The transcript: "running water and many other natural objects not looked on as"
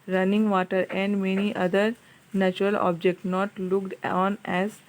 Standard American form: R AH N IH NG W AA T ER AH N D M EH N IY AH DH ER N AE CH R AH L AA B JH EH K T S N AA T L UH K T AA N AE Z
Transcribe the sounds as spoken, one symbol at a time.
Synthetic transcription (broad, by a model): R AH N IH NG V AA T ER AH N D M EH N IY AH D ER N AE CH R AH L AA B JH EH K T N AA T L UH K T AA N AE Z